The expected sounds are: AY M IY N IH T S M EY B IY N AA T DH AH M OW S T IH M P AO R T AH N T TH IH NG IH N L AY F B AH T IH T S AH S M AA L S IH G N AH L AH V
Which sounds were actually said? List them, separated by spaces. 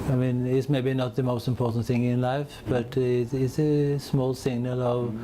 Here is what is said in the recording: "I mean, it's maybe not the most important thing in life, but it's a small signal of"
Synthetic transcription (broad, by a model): AY M IY N IH T S M EY B IY N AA T DH AH M OW S T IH M P AO R T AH N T TH IH NG IH N L AY F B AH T IH T S AH S M AA L S IH G N AH L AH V